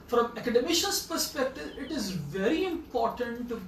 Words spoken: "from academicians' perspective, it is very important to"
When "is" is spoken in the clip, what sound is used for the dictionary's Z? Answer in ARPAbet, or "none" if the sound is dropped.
Z